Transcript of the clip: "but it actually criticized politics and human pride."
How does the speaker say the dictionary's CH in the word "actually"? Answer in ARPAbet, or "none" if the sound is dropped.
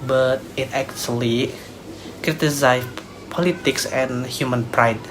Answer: S